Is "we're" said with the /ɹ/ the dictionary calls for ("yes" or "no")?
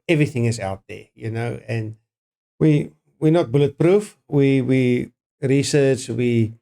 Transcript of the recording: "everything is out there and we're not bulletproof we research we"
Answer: no